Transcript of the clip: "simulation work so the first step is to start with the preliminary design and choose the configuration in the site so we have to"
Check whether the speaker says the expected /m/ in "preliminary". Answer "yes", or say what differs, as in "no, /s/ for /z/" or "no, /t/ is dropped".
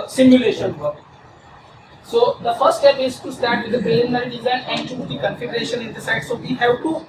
no, /m/ is dropped